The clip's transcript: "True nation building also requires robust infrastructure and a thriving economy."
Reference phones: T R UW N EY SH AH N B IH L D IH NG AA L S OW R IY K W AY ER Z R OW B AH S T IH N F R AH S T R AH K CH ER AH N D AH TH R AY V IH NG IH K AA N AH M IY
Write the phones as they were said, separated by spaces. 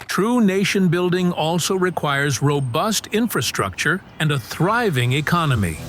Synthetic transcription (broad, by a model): T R UW N EY SH AH N B IH L D IH NG AA L S OW R IY K W AY ER Z R OW B AH S T IH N F R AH S T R AH K CH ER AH N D AH TH R AY V IH NG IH K AA N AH M IY